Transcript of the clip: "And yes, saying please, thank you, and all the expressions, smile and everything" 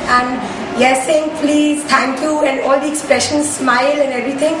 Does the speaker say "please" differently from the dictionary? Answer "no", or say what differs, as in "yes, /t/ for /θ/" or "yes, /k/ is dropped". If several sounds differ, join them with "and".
no